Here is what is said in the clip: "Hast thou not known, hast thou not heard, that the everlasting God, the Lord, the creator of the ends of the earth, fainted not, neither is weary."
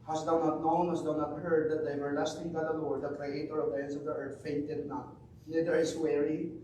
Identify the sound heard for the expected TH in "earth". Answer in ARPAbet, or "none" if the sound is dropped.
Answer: T